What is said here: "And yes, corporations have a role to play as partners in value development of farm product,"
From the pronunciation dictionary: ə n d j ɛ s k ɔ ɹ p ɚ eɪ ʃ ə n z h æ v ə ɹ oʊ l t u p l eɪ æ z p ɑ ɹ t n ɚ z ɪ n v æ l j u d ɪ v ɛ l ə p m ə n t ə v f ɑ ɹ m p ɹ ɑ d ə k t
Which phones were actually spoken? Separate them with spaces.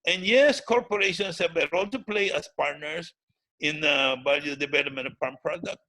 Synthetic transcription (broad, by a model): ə n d j ɛ s k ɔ ɹ p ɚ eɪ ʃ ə n s h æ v ə ɹ oʊ l t u p l eɪ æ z p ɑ ɹ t n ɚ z ɪ n b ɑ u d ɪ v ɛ l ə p m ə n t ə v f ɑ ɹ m p ɹ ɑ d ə k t